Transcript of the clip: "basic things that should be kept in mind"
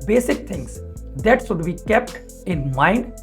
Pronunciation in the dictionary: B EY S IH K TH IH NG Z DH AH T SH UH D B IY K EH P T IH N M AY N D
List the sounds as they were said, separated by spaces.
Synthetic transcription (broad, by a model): B EY S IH K T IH NG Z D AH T S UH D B IY K EH P T IH N M AY N D